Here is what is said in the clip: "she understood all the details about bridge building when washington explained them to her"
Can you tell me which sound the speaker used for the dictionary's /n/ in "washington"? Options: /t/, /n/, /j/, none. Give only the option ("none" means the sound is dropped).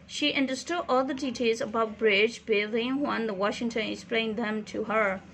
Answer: /n/